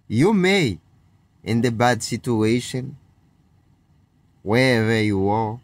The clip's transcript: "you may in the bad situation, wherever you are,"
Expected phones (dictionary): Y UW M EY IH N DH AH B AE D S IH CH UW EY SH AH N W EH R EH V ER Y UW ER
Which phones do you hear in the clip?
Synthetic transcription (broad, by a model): Y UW M EY IH N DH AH B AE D S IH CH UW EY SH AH N W EH R EH V ER Y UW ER